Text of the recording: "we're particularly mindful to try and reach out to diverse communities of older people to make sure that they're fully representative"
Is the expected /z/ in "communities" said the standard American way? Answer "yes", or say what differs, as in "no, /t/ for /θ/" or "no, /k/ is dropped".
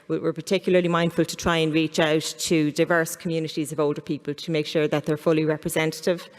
yes